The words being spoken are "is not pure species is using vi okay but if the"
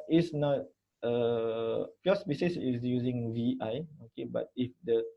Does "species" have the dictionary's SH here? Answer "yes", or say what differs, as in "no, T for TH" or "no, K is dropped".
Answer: no, S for SH